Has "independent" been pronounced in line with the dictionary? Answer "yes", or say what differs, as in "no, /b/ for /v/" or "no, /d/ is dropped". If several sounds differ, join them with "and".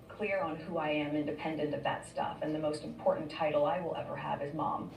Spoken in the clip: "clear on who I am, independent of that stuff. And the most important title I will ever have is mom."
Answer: yes